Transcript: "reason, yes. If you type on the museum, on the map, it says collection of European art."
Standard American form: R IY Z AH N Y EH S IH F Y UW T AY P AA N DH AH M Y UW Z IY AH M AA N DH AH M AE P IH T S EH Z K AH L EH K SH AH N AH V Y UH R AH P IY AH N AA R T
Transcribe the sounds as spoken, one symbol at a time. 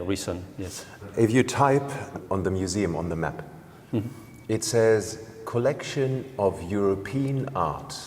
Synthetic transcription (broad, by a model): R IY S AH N Y EH S IH F Y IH T AY P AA N DH AH M Y UW Z IY AH M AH N DH AH M AE P IH T S EH Z K AH L EH K SH AH N AH V Y UH R AH P IY AH N AA R T